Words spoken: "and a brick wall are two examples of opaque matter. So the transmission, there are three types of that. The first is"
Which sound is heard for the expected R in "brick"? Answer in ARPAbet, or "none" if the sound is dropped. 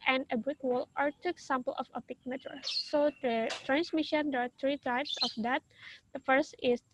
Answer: none